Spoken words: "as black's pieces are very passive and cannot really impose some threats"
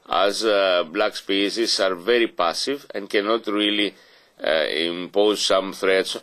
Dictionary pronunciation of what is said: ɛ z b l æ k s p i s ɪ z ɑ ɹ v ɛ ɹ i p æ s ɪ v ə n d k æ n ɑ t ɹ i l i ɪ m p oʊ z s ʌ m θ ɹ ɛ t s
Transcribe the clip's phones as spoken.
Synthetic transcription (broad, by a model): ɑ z b l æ k s p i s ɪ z ɑ ɹ v ɛ ɹ i p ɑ s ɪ v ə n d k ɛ n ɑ t ɹ i l i ɪ m p oʊ z s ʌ m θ ɹ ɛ t s